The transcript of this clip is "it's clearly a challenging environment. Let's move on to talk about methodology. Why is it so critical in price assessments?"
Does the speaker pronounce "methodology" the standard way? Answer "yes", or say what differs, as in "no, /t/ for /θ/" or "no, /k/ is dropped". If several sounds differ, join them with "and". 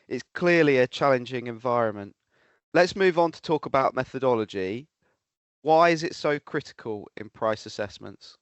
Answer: yes